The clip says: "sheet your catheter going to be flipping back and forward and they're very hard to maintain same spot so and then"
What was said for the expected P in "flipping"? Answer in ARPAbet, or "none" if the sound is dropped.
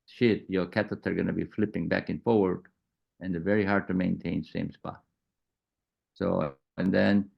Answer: P